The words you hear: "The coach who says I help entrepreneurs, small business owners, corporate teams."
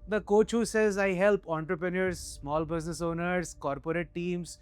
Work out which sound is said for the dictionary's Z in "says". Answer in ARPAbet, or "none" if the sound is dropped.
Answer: Z